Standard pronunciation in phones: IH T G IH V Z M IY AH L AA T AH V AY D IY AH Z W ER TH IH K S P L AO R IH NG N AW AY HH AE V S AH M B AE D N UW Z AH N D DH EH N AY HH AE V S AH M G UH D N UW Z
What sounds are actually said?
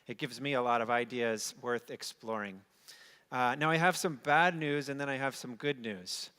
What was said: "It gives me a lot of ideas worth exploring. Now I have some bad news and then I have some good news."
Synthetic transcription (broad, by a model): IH T G IH V Z M IY AH L AA T AH V AY D IY AH Z W ER TH IH K S P L AO R IH NG N AW AY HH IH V S AH M B AE D N UW Z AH N DH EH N AY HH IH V S AH M G UH D N UW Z